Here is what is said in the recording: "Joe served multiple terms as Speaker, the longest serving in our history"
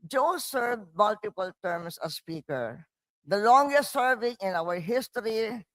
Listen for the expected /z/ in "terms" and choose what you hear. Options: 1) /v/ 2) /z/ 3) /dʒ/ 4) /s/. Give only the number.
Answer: 4